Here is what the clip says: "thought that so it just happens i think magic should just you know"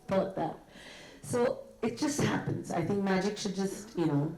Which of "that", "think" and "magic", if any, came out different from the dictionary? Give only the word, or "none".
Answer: none